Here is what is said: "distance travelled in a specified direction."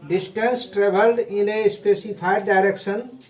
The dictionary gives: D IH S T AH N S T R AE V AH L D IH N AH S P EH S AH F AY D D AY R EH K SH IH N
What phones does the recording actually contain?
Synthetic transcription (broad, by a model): D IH S T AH N S T R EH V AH L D IH N AH S P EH S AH P AY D D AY R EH K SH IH N